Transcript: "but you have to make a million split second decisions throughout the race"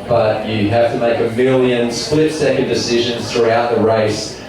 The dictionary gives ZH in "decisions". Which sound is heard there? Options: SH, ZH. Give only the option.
ZH